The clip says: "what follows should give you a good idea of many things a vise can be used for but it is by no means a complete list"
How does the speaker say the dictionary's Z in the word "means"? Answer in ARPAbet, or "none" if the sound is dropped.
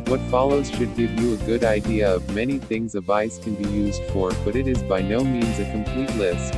Z